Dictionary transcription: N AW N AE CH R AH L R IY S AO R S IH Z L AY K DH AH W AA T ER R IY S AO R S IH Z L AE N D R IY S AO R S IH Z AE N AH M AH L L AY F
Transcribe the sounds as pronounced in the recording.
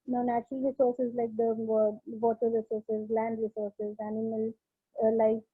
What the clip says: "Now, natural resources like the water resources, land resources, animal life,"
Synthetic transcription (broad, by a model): N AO N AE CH AH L R IY S AO R S IH Z L AY K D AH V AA T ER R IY S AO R S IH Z L AE N D R IY S AO R S IH Z AE N AH M AH L L AY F